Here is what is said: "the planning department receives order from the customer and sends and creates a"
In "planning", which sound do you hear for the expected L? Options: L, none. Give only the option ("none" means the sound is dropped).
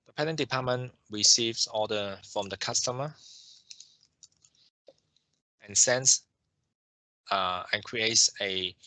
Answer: none